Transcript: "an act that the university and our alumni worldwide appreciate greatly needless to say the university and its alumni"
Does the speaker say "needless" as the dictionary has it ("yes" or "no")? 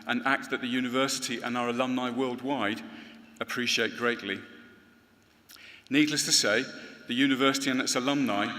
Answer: yes